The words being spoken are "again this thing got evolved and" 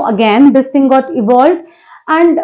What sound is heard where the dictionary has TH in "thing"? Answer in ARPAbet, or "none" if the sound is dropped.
T